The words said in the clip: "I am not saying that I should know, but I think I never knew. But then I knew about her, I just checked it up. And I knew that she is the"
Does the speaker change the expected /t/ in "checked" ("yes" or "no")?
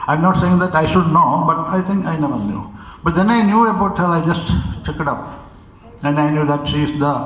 yes